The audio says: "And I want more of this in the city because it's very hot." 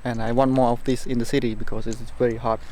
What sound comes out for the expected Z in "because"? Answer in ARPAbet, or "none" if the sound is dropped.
S